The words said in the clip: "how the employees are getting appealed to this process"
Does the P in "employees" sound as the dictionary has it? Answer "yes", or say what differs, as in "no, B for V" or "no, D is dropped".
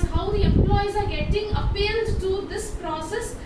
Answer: yes